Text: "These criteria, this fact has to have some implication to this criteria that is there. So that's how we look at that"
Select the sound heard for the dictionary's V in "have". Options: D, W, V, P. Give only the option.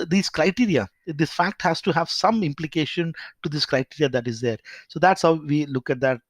V